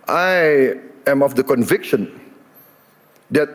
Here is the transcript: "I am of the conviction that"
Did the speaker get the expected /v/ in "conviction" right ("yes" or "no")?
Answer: yes